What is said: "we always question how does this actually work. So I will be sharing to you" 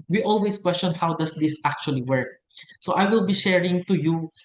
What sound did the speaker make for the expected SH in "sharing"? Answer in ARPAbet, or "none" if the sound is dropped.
SH